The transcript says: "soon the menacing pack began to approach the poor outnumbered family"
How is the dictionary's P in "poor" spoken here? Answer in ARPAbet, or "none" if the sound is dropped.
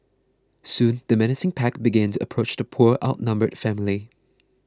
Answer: P